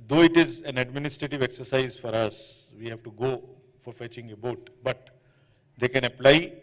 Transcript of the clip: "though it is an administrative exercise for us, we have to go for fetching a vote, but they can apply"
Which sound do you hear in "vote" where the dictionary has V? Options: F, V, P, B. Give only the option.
B